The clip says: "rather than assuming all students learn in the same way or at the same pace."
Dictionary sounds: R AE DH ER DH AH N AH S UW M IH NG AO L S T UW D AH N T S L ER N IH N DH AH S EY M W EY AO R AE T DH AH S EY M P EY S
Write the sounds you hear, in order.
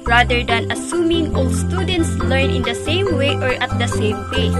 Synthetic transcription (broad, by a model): R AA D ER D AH N AH S UW M IH NG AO L S T UW D AH N T S L ER N IH N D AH S EY M W EY AO R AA T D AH S EY M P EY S